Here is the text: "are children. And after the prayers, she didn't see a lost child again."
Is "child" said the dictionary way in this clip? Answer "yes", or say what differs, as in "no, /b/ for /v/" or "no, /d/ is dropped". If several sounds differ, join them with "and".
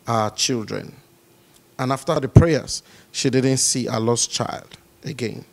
yes